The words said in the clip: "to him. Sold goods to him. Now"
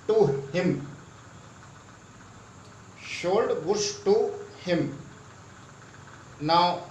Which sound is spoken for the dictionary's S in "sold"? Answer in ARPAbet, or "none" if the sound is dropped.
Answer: SH